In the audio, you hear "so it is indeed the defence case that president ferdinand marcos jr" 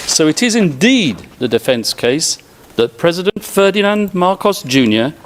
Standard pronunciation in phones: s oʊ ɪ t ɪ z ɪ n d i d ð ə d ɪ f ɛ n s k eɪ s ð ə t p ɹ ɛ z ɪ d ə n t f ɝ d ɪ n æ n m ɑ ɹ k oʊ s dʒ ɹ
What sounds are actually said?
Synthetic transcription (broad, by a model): s oʊ ɪ t ɪ z ɪ n d i d ð ə d ɪ f ɛ n s k eɪ s ð ə t p ɹ ɛ z ɪ d ə n t f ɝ d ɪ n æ n m ɑ ɹ k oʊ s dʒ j